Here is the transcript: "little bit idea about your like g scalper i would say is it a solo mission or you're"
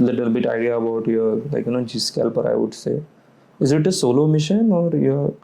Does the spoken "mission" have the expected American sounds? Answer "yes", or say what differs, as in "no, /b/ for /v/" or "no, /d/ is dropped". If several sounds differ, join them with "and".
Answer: yes